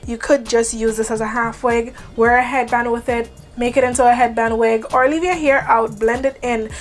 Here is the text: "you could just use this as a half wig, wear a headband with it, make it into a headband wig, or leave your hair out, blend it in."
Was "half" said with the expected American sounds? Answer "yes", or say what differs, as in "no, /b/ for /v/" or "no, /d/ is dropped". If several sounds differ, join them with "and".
yes